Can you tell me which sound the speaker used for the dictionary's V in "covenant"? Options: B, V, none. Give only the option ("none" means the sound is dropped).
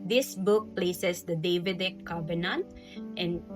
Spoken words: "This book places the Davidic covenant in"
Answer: B